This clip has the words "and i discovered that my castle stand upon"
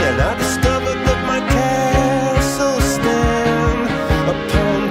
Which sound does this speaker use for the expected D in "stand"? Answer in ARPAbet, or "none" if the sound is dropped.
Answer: none